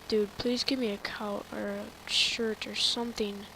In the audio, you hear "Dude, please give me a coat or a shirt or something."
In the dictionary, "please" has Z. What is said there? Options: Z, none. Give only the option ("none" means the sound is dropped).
Z